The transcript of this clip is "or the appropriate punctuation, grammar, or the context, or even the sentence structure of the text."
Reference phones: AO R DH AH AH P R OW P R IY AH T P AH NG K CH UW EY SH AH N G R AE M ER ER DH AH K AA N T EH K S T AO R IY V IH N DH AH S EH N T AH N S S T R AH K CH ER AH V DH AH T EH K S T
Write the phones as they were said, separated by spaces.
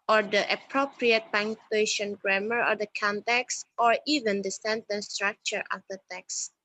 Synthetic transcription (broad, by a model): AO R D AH AH P R OW P R IY AH T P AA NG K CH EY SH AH N G R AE M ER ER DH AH K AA N T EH K S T AO R IY V IH N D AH S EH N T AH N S S T R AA K CH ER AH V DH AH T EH K S